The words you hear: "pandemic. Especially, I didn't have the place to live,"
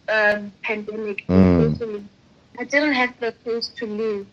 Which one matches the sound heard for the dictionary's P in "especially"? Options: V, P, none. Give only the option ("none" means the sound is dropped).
none